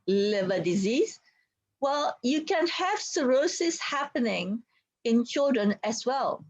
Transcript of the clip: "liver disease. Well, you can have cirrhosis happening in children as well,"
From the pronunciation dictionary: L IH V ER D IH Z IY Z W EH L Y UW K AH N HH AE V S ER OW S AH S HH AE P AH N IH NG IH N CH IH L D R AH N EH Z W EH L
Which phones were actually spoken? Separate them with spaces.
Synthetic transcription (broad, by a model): L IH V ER D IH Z IY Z W EH L Y UW K AH N HH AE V S ER OW S AH S HH AE P AH N IH NG IH N CH IH L D R AH N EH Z W EH L